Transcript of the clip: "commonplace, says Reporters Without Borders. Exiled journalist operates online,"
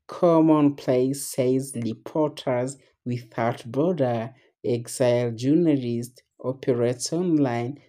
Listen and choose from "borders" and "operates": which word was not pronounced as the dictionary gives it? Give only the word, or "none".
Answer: borders